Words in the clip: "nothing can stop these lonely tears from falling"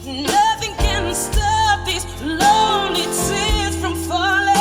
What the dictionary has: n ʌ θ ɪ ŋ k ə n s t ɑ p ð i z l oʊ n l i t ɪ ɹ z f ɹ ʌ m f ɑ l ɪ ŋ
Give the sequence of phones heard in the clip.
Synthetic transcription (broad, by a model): n ʌ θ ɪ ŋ k ə n s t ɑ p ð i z l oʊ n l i s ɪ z f ɹ ʌ m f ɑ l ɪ